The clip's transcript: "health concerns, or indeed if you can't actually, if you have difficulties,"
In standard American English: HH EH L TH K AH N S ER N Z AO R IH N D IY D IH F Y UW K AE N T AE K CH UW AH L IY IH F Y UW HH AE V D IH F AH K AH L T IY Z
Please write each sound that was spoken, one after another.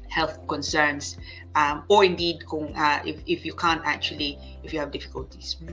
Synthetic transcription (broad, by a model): HH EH L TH K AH N S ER N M AO R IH N D IY D IH F Y UW K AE N T AE K CH UW AH L IY IH F Y UW HH AE V D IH F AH K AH L T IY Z